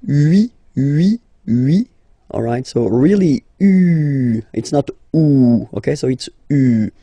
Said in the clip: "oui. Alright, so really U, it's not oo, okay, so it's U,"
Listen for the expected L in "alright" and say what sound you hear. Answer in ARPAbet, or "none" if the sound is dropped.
L